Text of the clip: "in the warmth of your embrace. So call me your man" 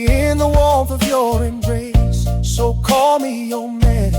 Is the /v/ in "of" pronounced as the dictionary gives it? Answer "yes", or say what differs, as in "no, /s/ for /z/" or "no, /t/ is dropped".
yes